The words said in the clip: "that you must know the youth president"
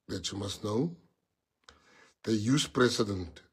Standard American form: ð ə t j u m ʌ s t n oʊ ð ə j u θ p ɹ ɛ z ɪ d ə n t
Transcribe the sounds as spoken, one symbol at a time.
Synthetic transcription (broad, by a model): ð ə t j u m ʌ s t n oʊ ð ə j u s p ɹ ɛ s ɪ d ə n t